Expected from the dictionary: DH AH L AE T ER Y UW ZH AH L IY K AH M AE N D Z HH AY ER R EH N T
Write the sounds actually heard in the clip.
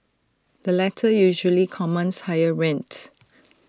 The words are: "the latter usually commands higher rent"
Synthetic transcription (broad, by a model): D AH L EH T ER Y UW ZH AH L IY K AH M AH N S HH AY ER R EH N T